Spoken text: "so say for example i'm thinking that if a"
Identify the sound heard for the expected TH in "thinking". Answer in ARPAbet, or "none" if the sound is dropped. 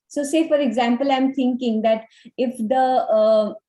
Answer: T